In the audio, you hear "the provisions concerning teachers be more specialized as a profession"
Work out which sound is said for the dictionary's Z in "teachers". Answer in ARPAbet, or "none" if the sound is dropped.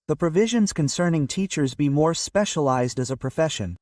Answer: Z